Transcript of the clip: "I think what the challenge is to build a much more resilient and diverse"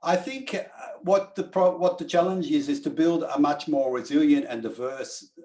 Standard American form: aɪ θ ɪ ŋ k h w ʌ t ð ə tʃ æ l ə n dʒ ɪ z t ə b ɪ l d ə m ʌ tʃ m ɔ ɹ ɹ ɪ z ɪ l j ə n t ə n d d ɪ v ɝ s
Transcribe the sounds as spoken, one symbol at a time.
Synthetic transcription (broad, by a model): aɪ θ ɪ ŋ k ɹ w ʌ t ð ə tʃ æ l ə n dʒ ɪ z t ə b ɪ l d ə m ʌ tʃ m ɔ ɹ ɹ ɪ z ɪ l j ə n t ə n d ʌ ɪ v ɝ s